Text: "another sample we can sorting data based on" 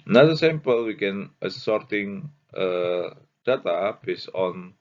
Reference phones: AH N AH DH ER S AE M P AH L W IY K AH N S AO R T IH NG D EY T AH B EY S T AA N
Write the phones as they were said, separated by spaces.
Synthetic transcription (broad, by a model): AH N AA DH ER S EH M P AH L W IY K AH N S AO R T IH NG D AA T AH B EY S AA N